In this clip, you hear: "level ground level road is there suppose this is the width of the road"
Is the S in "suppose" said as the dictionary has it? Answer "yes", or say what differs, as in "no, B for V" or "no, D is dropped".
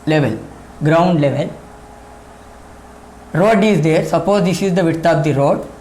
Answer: yes